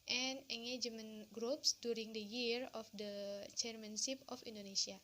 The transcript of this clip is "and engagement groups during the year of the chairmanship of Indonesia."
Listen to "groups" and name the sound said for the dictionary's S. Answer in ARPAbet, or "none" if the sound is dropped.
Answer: S